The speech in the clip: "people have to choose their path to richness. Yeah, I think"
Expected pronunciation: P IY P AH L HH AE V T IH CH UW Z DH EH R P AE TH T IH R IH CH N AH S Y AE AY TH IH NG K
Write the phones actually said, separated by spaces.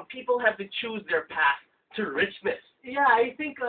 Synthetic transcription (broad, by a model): P IY P L HH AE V T IH CH UW Z DH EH R P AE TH T IH R IH CH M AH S Y AE AY TH IH NG K